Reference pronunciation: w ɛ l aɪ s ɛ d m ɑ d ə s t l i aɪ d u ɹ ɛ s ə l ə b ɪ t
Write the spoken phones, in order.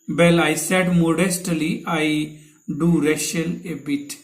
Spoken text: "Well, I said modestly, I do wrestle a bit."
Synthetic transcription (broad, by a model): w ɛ l aɪ s ɛ d m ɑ d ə s t l i aɪ d u ɹ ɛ ʃ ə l ə b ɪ t